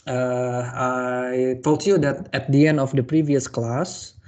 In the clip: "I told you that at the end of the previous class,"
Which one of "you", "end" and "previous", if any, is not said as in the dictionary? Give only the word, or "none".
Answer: none